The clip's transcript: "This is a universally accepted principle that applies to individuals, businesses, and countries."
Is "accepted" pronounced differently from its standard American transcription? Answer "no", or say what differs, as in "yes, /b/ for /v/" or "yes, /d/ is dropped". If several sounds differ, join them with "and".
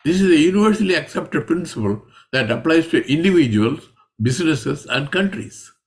no